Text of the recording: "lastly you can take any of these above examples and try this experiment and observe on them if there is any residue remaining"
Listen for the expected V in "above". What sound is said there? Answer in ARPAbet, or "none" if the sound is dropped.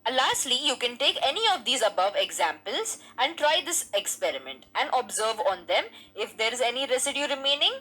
V